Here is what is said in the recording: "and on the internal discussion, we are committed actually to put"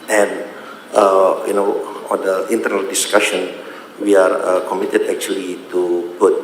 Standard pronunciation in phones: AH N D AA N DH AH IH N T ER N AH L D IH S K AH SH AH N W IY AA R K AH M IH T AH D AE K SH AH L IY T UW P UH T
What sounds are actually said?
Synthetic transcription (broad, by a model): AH N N AA N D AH IH N T ER N AH L D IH S K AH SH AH N W IY AA R K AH M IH T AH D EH K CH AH L IY T UW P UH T